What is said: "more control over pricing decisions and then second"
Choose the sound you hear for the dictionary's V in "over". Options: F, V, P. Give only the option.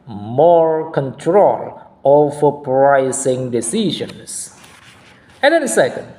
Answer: F